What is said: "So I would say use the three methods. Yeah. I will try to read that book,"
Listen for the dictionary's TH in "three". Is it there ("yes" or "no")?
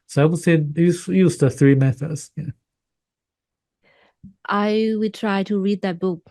yes